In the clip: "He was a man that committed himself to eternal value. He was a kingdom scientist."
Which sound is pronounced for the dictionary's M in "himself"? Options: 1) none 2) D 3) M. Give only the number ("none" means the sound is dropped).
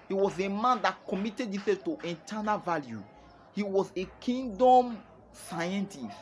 1